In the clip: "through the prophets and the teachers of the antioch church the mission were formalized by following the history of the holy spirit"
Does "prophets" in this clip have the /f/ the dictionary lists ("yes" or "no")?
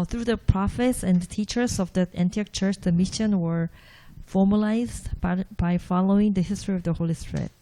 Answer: yes